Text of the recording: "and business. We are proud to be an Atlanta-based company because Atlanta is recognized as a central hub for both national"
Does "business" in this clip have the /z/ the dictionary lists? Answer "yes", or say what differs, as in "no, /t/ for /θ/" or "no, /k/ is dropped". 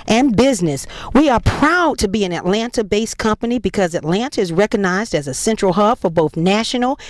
yes